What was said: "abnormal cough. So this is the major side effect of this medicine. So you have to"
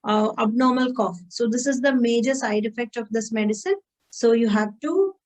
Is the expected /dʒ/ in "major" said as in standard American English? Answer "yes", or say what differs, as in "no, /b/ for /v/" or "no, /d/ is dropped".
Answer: yes